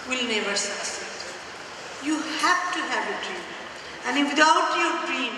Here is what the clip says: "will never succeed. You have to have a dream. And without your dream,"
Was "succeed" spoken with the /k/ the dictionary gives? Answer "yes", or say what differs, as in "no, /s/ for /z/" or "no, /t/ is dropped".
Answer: no, /k/ is dropped